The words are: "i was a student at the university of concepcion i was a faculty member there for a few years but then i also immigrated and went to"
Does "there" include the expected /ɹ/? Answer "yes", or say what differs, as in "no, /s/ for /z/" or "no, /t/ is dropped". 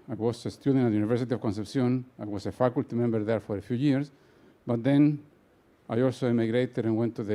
yes